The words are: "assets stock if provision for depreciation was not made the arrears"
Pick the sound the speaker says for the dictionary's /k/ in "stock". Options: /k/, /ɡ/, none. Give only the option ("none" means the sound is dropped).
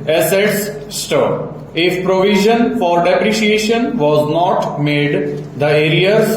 none